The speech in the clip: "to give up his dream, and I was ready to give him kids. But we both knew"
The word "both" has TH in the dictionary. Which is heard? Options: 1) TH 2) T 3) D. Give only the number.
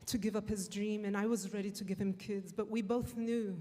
1